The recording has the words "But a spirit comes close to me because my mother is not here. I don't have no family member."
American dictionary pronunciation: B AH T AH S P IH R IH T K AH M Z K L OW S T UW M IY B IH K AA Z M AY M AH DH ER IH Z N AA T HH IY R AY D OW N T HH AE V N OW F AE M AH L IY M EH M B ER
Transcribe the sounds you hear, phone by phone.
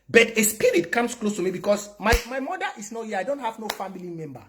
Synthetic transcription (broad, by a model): B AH T AH S P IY R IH T K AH M S K L OW S T UW M IY B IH K AA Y M AY M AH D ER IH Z N AA T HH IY AY D OW N T HH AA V N OW F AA M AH L IY M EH M B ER